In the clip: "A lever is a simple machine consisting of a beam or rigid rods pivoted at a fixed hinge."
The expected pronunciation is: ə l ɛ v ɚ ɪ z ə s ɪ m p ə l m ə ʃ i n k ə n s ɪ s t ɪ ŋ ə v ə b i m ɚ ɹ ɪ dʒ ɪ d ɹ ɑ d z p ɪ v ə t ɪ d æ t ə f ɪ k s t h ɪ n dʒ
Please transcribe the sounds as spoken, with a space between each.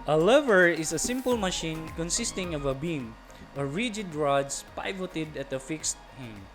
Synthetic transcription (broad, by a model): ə l ɛ v ɚ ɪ s ə s ɪ m p ə l m ə ʃ i n k ə n s ɪ s t ɪ ŋ ə v ə b i m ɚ ɹ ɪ dʒ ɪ d ɹ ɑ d s p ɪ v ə t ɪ d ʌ t ə f ɪ k s t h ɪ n